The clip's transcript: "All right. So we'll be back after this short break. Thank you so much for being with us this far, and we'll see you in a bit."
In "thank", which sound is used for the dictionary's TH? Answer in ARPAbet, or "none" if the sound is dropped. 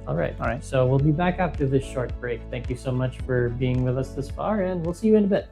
TH